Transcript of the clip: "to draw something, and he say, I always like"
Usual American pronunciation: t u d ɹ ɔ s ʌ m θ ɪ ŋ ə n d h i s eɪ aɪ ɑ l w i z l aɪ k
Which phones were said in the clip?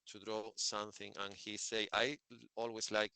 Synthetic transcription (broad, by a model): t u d ɹ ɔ s ʌ m θ ɪ ŋ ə n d h i s eɪ aɪ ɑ l w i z l aɪ k